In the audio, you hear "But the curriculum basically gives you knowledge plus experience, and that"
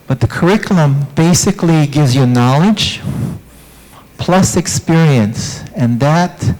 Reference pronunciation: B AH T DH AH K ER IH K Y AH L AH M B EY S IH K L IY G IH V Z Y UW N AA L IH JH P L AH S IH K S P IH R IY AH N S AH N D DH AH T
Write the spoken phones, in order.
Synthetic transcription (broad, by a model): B AH T DH AH K ER IH K Y L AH M B EY S IH K L IY G IH V Z Y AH N AA L IH JH P L AH S IH K S P IH R IY AH N S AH N DH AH T